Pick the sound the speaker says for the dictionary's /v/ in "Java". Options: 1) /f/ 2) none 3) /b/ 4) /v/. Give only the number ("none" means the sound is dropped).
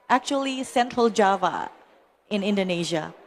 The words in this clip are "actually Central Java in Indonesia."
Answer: 4